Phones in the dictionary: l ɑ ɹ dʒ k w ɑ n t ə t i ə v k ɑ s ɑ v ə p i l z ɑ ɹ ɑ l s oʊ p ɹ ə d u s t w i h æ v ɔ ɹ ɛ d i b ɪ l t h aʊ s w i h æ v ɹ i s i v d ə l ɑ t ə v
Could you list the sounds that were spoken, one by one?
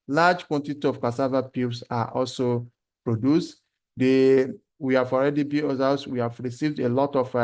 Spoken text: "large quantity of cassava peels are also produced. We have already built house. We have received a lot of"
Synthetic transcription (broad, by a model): l ɑ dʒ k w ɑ n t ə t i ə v k ɑ s ɑ v ə p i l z ɑ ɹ ɑ l s oʊ p ɹ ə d u s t w i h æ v ɔ ɹ ɛ d i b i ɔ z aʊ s w i h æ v ɹ i s i v d ə l ɑ t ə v